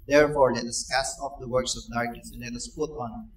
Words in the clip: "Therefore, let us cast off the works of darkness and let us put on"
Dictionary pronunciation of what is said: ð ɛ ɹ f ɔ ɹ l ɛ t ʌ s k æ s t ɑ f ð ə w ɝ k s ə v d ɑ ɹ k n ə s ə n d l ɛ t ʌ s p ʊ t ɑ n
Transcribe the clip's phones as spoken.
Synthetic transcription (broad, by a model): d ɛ ɹ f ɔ ɹ l ɛ t ʌ s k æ s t ɑ f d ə w ɝ k s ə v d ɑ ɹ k ə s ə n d l ɛ t ʌ s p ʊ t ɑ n